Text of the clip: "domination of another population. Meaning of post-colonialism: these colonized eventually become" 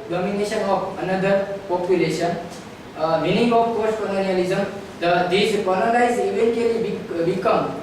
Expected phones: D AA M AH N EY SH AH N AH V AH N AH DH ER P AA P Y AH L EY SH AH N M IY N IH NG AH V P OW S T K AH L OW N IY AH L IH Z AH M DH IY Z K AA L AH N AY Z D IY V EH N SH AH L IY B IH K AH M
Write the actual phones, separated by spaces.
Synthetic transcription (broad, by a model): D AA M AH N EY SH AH N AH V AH N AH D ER P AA P Y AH L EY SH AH N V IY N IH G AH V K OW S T K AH L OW N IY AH L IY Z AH M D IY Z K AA N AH L AY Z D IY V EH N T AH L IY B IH K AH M